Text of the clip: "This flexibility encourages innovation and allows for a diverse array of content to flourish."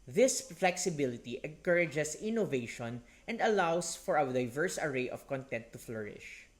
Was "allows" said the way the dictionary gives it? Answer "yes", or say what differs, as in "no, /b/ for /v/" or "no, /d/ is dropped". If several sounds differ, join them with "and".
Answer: no, /s/ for /z/